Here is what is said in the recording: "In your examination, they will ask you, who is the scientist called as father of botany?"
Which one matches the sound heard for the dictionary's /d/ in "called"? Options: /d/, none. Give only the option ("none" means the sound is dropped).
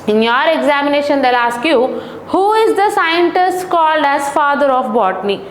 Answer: /d/